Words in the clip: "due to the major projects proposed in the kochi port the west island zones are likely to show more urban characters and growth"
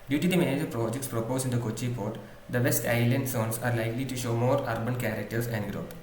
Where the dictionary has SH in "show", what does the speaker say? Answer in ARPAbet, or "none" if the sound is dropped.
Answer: SH